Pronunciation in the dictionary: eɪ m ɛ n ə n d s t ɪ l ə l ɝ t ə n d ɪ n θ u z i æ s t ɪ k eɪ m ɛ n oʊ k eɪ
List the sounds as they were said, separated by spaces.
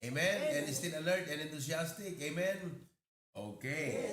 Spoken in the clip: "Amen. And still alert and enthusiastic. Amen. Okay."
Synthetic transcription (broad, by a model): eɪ m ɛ n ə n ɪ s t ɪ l ə l ɝ t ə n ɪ n t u s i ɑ s t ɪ k eɪ m ɛ n oʊ k eɪ